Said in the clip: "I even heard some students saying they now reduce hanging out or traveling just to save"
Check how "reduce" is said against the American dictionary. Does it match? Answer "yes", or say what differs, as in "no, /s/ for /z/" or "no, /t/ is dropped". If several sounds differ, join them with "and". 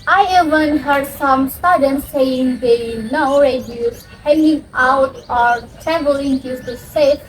no, /s/ is dropped